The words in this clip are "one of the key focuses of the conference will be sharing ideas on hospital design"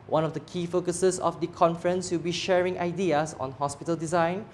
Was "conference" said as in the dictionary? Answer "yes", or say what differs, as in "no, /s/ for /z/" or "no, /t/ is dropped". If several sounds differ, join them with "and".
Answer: yes